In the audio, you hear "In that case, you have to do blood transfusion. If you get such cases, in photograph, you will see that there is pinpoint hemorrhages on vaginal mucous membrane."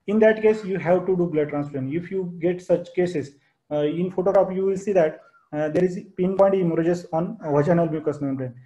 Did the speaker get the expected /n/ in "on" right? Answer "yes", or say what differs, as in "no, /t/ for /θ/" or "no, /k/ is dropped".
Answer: yes